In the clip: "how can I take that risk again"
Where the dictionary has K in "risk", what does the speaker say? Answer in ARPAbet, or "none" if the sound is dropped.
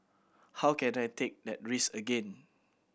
none